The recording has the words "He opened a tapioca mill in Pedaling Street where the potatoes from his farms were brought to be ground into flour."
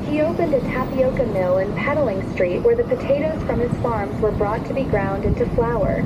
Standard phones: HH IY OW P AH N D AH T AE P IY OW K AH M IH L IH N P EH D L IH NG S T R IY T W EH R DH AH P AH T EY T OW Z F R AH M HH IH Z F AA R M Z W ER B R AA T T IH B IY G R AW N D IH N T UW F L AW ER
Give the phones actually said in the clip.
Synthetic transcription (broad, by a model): HH IY OW P AH N D AH T AE P IY OW K AH M IH L IH N P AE D L IH NG S T R IY T W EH R DH AH P AH T EY T OW Z F R AH M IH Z F AA R M Z W ER B R AA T T IH B IY G R AW N D IH N T UW F L AW ER